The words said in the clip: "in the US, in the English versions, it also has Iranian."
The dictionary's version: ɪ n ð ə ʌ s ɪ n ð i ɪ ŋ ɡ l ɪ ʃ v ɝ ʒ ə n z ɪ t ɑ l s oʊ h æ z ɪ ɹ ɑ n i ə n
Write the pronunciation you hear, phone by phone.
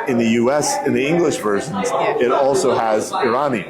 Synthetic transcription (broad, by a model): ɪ n ð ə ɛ s ɪ n ð i ɪ ŋ ɡ l ɪ ʃ v ɝ ʒ ə n z ɪ t ɑ l s oʊ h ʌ z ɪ ɹ ɑ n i